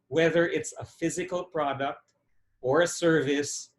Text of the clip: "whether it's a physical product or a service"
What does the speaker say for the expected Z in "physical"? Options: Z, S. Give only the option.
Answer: Z